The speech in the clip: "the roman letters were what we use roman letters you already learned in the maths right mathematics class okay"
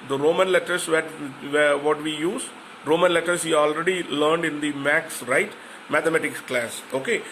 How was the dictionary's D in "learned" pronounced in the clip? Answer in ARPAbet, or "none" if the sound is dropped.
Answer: D